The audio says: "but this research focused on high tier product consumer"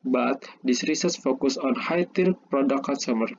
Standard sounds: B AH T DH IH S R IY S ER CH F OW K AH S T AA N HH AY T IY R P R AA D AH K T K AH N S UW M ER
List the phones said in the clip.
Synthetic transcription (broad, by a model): B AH T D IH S R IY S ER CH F OW K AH S AA N HH AY T IY R P R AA D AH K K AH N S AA M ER